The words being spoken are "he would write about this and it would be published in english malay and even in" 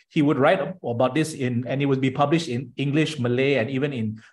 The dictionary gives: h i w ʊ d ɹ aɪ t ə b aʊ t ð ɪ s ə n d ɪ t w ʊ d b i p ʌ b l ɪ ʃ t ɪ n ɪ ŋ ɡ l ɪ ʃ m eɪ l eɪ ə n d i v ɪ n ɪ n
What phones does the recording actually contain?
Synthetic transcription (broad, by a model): h i w ʊ d ɹ aɪ t ə b aʊ t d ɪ s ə n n ɪ t w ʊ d b i p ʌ b l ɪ ʃ t ɪ n ɪ ŋ ɡ l ɪ ʃ m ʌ l eɪ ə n i v ɪ n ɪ n